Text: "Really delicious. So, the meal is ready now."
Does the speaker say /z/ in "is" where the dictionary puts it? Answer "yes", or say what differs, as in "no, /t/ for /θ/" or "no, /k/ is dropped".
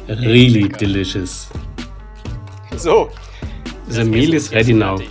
no, /s/ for /z/